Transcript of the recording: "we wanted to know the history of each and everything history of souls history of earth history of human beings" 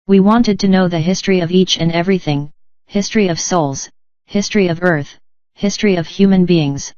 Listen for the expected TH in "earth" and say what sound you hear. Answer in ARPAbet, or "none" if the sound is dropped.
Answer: TH